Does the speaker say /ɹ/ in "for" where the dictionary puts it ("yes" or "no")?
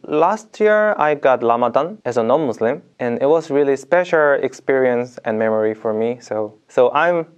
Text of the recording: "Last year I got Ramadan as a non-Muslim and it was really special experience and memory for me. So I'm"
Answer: yes